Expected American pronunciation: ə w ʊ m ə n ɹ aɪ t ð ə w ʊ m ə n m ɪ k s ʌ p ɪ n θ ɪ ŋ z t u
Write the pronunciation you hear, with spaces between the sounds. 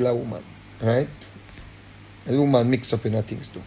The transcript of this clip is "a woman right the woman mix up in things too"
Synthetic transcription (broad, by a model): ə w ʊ m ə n ɹ aɪ t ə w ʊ m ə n m ɪ k s ʌ p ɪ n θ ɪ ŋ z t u